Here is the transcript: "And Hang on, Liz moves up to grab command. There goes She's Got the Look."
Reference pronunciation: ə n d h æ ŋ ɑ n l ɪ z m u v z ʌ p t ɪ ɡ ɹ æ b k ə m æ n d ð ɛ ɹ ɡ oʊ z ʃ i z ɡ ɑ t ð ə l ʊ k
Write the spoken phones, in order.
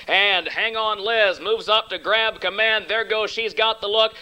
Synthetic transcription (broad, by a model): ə n h æ ŋ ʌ n l ɪ z m u v z ʌ p t ɪ ɡ ɹ æ b k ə m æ n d ð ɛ ɹ ɡ oʊ z ʃ i z ɡ ɑ t ð ə l ʊ k